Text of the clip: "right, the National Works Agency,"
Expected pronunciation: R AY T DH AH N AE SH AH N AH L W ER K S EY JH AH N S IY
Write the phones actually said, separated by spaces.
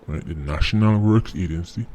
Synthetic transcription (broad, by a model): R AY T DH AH N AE SH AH N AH L W ER K S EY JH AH N S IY